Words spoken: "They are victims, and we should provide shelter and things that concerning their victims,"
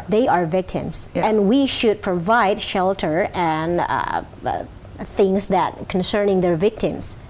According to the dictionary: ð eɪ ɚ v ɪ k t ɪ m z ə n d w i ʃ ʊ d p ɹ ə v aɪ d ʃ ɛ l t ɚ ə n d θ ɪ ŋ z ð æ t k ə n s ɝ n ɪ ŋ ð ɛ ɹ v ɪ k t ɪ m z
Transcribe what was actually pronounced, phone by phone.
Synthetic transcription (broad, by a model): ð eɪ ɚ v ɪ k t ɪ m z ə n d w i ʃ ʊ d p ɹ ə v aɪ d ʃ ɛ l t ɚ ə n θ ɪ ŋ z ð æ t k ə n s ɝ n ɪ ŋ ð ɛ ɹ v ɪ k t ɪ m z